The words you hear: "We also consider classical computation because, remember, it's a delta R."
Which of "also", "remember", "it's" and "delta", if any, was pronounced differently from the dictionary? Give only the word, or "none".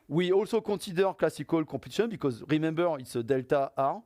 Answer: none